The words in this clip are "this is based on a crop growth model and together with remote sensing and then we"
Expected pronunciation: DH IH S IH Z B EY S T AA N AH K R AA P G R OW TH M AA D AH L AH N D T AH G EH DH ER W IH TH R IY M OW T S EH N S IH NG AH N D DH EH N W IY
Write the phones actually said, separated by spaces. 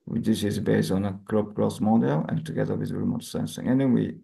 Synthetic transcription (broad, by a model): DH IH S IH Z B EY S T AA N AH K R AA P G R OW S M AA D AH L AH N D T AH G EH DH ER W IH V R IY M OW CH S EH N S IH NG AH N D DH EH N W IY